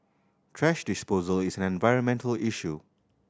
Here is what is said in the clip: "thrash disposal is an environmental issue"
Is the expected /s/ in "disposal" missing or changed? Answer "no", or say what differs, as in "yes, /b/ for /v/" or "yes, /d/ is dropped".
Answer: no